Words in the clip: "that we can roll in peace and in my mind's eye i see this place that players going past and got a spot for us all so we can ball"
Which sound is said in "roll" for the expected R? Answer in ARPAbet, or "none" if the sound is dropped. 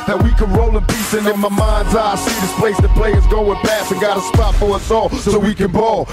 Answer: R